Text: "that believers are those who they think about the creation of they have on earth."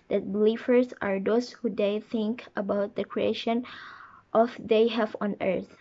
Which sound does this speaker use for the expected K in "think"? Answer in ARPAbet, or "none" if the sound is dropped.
K